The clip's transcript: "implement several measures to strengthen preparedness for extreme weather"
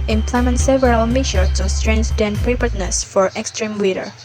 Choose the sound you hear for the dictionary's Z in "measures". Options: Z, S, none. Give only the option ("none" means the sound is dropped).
none